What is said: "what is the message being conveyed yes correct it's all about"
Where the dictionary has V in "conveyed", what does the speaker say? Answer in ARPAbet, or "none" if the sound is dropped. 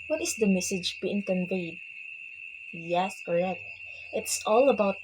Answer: V